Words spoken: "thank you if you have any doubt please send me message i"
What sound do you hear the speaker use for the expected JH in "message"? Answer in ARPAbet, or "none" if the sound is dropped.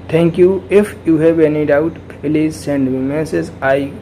Z